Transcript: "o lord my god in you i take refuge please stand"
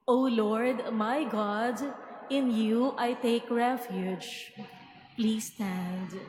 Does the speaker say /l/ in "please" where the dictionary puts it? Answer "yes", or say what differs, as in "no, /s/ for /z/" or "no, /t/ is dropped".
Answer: yes